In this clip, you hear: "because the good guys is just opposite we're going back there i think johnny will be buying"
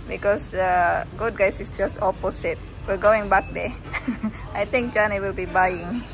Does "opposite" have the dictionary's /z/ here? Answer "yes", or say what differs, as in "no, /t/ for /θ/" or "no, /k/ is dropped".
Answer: no, /s/ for /z/